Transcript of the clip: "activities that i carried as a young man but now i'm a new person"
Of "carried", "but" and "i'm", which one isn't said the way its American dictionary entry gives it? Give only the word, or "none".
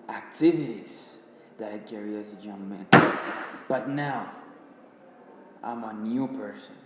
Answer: carried